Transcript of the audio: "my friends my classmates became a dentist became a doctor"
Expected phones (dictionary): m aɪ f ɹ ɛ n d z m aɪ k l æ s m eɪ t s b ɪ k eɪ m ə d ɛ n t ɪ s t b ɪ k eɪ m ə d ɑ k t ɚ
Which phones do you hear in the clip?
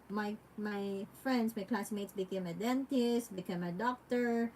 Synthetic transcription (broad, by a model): m aɪ f ɹ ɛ n d s m aɪ k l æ s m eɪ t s b ɪ k eɪ m ə d ɛ n t ɪ s t b ɪ k eɪ m ə d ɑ k t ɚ